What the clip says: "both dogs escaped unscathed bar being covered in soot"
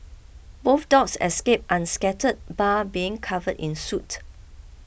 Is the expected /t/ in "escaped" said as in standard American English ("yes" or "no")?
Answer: yes